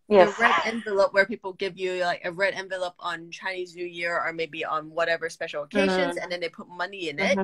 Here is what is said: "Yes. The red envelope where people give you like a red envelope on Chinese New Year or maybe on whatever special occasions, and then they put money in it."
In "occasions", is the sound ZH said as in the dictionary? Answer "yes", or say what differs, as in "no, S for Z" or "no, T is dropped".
yes